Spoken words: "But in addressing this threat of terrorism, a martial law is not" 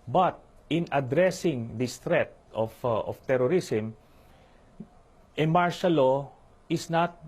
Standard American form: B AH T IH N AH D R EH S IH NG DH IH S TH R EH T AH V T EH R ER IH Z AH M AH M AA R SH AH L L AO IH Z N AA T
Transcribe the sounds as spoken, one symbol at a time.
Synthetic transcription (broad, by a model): B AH T IH N AH D R EH S IH NG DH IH S T R EH T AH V T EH R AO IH S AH M AH M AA R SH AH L L AO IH S N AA T